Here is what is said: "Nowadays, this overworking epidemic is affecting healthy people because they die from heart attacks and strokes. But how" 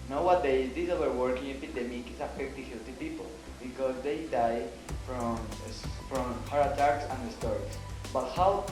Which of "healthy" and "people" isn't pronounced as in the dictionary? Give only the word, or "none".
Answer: healthy